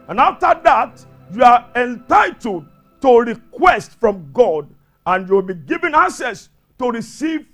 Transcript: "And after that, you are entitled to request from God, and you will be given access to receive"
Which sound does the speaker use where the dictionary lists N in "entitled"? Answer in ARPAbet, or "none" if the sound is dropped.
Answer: N